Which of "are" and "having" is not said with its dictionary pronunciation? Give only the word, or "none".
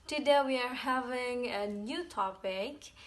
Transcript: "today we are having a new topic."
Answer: none